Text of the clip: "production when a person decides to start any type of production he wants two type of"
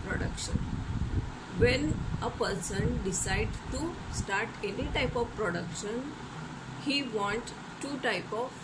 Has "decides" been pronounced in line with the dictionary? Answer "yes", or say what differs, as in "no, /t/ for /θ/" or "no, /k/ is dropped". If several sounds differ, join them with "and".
no, /z/ is dropped